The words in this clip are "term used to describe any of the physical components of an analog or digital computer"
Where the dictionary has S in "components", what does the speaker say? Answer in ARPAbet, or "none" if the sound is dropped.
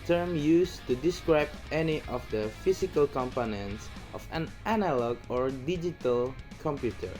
S